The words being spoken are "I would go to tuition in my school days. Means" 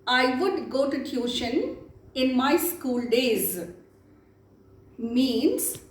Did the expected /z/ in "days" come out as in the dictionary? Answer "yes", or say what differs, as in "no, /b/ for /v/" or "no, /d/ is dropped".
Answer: yes